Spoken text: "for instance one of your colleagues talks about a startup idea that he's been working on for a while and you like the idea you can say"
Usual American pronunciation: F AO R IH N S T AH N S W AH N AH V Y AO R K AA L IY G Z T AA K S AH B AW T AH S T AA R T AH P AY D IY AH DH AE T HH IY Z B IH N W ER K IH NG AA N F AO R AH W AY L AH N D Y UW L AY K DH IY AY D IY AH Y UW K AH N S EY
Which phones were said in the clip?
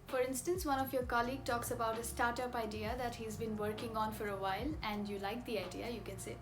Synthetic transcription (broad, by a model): F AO R IH N S T AH N S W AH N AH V Y AO R K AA L IY G T AA K S AH B AW T AH S T AA R T AH P AY D IY AH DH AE T HH IY Z B IH N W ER K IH NG AA N F AO R AH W AY L AH N D Y UW L AY K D IY AY D IY AH Y UW K AH N S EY